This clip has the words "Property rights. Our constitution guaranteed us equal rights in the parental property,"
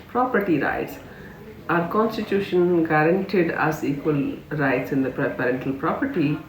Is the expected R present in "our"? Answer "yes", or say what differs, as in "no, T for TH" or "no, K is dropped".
yes